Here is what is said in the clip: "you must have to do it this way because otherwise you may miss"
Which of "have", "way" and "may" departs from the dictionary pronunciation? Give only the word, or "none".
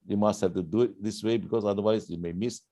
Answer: have